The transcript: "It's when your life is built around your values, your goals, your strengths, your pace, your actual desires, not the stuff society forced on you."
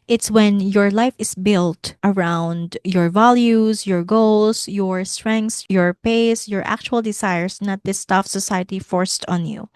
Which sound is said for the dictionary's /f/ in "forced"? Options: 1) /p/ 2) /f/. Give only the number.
2